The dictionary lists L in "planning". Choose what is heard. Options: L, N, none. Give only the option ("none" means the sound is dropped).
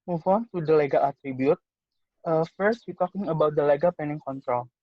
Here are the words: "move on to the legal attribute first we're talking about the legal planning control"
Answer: none